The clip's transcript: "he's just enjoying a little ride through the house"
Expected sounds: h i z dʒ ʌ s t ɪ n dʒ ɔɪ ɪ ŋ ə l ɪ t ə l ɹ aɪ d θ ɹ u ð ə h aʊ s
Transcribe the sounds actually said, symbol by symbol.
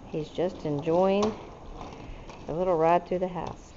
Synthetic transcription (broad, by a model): h i z dʒ ʌ s t ɪ n dʒ ɔɪ ɪ ŋ ə l ɪ t l ɹ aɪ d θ u ð ə h aʊ s